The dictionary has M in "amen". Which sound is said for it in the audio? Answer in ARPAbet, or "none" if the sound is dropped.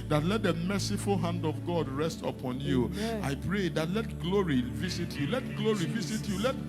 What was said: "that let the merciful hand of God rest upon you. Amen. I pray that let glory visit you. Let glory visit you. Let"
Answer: none